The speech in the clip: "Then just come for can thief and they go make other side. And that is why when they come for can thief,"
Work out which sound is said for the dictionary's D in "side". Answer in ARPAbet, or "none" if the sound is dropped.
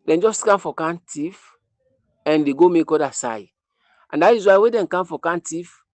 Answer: none